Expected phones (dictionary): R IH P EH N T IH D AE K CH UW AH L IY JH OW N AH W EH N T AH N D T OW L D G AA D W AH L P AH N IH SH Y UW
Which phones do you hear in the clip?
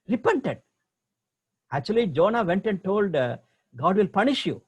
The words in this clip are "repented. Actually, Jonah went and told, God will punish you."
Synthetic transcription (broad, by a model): R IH P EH N T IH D AE K CH UW AH L IY JH OW N AH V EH N T AH N D T OW L D G AA D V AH L P AH N IH SH Y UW